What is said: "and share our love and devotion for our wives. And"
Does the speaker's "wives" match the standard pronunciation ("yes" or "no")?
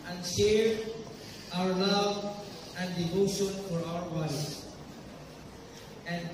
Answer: no